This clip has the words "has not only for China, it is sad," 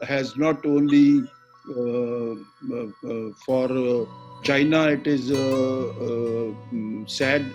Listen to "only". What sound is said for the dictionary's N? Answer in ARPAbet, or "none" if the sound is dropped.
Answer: N